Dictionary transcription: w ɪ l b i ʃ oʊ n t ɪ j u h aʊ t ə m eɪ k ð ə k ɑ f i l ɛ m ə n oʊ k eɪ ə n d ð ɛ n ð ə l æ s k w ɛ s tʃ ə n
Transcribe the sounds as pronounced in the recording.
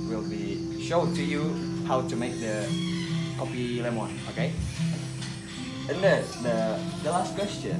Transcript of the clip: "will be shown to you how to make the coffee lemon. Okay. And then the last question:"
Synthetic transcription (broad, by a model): w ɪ l b i ʃ oʊ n t ɪ j u h aʊ t ə m eɪ k ð ə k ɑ p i l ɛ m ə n oʊ k eɪ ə n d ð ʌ ð ə l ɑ s k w ɛ s tʃ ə n